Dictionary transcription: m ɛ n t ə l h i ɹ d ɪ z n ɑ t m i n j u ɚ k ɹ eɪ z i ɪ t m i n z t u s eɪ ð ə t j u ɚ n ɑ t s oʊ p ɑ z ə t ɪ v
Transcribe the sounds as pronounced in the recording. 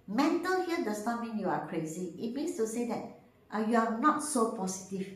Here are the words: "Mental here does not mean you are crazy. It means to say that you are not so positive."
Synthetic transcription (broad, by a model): m ɛ n t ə l h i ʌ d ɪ s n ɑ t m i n j u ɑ k ɹ eɪ z i ɪ t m i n s t u s eɪ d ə t j u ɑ n ɑ t s oʊ p ɑ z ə t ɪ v